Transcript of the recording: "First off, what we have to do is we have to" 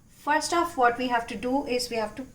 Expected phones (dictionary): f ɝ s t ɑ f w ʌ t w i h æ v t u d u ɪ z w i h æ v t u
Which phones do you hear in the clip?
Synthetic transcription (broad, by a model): f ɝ s t ɑ f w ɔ t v i h æ v t u d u ɪ z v i h æ v t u